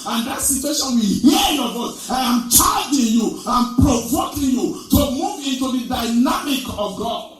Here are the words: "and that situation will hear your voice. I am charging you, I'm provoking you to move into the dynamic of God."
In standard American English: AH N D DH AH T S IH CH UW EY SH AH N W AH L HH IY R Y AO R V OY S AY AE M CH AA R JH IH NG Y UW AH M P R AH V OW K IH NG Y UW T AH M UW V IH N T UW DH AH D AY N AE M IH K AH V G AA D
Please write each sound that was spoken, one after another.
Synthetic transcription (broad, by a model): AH N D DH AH T S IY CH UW EY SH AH N W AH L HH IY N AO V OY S AY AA M CH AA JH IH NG Y UW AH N P R AH V OW K IH NG Y UW T AH M UW V IH N T UW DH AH D AY N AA M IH K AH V G AA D